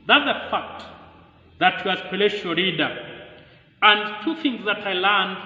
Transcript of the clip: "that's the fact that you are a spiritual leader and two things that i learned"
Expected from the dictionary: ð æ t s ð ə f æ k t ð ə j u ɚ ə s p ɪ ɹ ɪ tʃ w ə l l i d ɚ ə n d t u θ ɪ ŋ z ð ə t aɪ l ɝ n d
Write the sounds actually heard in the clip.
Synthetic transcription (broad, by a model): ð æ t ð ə f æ k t ð ə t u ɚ ə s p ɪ l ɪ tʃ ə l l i d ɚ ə n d t u θ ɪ ŋ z ð ə t aɪ l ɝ n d